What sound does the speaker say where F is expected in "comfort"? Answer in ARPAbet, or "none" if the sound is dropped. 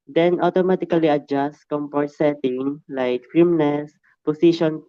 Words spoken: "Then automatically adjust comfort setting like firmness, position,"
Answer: P